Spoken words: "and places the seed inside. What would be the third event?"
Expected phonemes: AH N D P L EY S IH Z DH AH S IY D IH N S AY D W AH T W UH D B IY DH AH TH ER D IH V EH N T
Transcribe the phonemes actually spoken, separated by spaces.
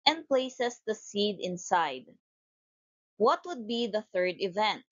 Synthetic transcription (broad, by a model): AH N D P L EY S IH S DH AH S IY D IH N S AY D W AH T W UH D B IY DH AH TH ER D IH V EH N T